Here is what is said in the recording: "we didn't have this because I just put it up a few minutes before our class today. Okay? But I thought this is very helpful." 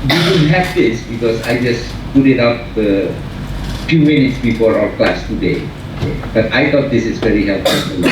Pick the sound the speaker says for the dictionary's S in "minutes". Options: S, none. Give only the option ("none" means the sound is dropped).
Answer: S